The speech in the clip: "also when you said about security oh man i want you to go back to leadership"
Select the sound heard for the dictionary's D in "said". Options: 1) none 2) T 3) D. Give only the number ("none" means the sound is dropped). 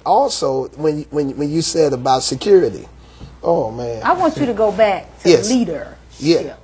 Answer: 3